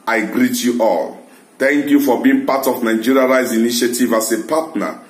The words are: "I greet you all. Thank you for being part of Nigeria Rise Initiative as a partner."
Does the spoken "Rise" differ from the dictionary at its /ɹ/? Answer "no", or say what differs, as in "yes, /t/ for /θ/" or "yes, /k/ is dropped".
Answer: no